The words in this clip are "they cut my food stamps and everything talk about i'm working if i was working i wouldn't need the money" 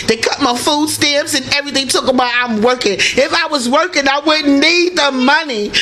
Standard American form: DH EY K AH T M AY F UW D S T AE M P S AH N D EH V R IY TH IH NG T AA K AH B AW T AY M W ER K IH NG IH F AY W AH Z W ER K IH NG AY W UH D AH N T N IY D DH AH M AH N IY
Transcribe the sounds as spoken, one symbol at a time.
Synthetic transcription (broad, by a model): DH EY K AH T M AY F UW D S T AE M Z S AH N EH V R IY TH IH NG T AA K AH B AW T AY M W ER K IH NG IH F AY W AH Z W ER K IH NG AY W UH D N N IY D DH AH M AH N IY